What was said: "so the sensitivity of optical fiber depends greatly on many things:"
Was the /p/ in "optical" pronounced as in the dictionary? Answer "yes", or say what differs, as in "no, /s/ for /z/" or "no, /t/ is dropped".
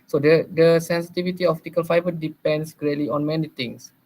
no, /f/ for /p/